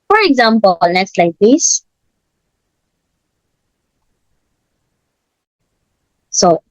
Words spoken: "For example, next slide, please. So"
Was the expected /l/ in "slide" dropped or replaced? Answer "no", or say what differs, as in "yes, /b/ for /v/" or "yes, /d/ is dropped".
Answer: no